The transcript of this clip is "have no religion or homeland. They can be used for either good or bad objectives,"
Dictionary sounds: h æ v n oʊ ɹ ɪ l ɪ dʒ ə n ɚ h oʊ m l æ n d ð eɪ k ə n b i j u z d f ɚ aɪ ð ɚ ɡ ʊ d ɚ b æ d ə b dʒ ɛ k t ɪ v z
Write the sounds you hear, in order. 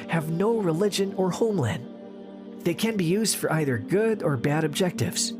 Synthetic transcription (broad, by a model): h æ v n oʊ ɹ ɪ l ɪ dʒ ə n ɚ h oʊ m l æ n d ð eɪ k ə n b i j u z d f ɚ aɪ ð ɚ ɡ ʊ d ɚ b æ d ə b dʒ ɛ k t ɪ v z